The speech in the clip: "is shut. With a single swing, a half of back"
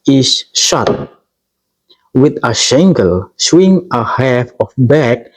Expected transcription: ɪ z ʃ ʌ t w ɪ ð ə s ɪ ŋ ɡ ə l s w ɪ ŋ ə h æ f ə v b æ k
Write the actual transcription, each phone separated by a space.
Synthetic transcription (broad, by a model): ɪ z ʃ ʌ t w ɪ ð ə ʃ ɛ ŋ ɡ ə l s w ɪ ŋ ə h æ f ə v b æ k